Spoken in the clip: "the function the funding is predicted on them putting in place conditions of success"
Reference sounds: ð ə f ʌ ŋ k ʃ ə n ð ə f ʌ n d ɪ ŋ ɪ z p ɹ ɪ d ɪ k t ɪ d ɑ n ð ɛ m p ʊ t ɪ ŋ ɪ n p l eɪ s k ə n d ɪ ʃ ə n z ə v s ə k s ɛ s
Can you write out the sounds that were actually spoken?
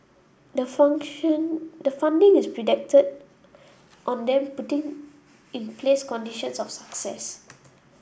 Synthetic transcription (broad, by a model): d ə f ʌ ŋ ʃ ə n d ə f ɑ n d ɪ ŋ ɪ s p ɹ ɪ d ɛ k t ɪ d ɑ n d ɛ m p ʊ t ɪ ŋ ɪ n p l eɪ s k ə n d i ʃ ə n s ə f s ə k s ɛ s